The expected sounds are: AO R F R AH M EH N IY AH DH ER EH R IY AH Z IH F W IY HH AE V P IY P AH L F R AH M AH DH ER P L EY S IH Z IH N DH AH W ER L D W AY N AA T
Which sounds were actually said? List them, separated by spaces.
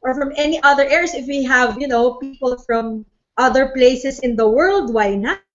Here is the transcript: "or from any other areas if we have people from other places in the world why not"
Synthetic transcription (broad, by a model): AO R F R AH M EH N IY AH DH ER EH R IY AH S IH F W IY HH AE V P IY P AH L F R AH M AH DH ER P L EY S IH S IH N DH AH W ER L D W AY N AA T